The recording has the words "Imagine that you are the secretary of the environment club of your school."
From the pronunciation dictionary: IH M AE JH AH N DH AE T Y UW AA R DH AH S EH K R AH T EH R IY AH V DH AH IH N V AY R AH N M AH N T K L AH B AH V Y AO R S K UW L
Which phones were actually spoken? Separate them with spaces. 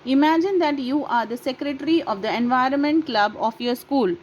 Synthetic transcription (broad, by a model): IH M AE JH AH N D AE T Y UW AA R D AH S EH K R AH T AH R IY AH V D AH IH N V AY R AH N M AH N T K L AH B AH F Y AO R S K UW L